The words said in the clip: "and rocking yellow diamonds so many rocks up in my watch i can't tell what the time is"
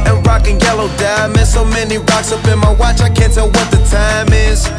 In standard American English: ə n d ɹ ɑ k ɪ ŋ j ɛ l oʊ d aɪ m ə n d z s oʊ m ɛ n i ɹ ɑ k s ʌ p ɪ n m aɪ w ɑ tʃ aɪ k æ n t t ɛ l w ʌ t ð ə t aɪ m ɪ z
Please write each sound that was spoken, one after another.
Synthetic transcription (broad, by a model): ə n ɹ ɑ k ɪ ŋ j ɛ l oʊ d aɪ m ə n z s oʊ m ɛ n i ɹ ɑ k s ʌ b ɪ n m aɪ w ɑ tʃ aɪ k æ n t t ɛ l w ʌ t ð ə t aɪ m ɪ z